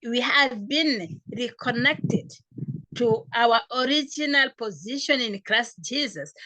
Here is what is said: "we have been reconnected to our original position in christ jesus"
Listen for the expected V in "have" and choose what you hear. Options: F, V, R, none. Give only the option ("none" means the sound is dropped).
V